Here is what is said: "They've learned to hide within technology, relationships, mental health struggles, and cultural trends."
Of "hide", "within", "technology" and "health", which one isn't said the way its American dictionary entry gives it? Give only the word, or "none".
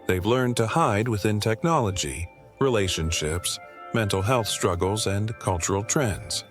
none